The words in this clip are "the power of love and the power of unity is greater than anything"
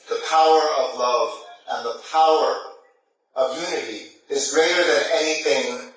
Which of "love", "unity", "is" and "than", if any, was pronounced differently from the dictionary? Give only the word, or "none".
none